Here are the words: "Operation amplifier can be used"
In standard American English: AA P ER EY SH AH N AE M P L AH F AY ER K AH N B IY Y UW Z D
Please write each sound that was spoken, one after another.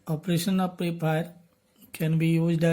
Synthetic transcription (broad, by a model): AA P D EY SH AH N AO P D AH P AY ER K AH N B IY Y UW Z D